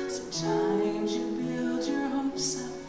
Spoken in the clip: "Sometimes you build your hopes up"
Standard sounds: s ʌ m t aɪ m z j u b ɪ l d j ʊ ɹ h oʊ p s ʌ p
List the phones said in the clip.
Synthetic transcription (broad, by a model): s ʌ m t aɪ m z j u b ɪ l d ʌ ɹ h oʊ s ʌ